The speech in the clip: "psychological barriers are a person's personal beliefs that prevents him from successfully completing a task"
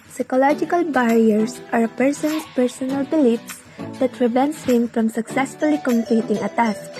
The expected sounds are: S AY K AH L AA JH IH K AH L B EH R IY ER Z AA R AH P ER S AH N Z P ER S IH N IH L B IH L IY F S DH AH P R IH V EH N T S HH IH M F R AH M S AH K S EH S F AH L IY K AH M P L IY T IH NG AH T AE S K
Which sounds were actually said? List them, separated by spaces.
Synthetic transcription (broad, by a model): S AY K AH L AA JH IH K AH L B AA R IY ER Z AA R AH P ER S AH N S P ER S IH N IH L B IH L IY F S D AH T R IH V EH N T S HH IH M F R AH M S AH K S EH S F AH L IY K AH M P L IY T IH NG AH T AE S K